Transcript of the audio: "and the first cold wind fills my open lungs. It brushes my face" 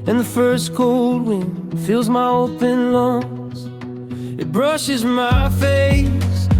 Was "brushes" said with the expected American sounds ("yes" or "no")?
yes